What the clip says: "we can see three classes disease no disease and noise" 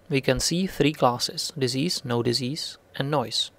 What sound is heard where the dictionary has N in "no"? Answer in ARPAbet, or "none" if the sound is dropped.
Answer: N